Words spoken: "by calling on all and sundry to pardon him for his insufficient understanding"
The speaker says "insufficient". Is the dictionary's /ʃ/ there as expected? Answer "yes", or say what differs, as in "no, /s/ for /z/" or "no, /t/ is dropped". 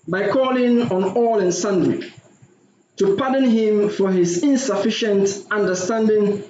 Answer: yes